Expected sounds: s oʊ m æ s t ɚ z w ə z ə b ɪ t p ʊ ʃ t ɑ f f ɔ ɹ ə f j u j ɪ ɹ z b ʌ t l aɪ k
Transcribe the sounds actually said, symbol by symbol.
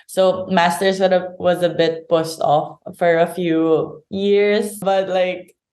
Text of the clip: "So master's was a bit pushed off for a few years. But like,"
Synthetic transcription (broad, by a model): s oʊ m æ s t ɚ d w ə z ə b ɪ t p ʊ s t ɑ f f ɔ ɹ ə f j u j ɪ ɹ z b ʌ t l aɪ k